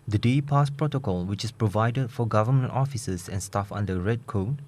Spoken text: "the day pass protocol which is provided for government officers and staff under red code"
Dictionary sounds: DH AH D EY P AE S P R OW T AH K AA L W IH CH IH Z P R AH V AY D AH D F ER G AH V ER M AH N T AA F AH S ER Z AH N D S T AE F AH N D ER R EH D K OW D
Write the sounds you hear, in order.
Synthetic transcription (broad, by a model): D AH D EY P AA S P R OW T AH K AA L W IH CH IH S P R AH V AY D AH D F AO G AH V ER M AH N T AA F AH S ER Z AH N S T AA F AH N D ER R EH D K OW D